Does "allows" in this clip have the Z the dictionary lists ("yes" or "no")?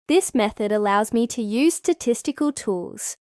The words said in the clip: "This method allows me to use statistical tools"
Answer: yes